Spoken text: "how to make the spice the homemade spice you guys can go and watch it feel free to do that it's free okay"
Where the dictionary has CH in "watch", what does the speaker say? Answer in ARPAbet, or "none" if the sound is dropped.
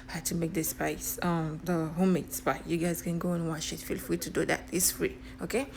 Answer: SH